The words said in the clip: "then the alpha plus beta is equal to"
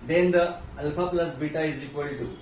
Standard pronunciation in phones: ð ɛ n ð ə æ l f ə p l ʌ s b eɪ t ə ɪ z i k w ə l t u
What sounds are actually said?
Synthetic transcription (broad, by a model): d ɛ n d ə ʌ l p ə p l ʌ s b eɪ t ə ɪ z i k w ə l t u